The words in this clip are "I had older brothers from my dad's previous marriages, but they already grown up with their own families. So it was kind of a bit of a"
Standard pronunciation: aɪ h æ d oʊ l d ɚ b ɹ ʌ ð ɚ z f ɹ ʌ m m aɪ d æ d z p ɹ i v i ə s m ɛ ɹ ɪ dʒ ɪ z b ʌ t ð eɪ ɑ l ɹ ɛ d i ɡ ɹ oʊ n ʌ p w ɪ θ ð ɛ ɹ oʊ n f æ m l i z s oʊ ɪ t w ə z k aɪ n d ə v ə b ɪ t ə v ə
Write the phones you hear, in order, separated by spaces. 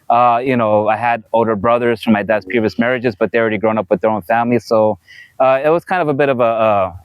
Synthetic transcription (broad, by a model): aɪ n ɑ d oʊ l d ɚ b ɹ ʌ ð ɚ z f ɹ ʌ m m aɪ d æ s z p ɹ i v i ə s m ɛ ɹ ɪ dʒ ɪ z b ʌ t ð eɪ ɑ l ɹ ɛ d i ɡ ɹ oʊ n ʌ p w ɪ ð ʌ ɹ oʊ n f æ m l i s oʊ ɪ t w ə z k aɪ n d ə v ə b ɪ t ə v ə